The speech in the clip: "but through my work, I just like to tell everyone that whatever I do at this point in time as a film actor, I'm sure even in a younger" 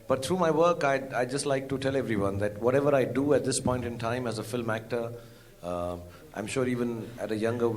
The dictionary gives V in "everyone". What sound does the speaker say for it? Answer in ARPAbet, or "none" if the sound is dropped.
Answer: V